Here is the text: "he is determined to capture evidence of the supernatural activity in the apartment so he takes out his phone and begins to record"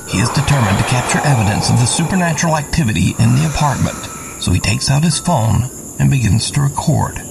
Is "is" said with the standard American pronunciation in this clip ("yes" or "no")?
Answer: yes